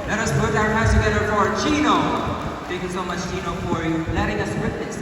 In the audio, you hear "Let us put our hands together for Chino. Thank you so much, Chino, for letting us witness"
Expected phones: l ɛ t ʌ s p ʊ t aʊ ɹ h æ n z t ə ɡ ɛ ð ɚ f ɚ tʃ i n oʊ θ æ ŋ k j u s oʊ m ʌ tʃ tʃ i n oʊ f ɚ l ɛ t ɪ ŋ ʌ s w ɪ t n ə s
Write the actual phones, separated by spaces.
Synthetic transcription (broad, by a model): l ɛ t ʌ s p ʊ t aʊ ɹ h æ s t ə ɡ ɛ ð ɚ f ɚ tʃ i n oʊ t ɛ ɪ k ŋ s oʊ m ʌ tʃ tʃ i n oʊ f ɚ l ɛ t ɪ ŋ ʌ s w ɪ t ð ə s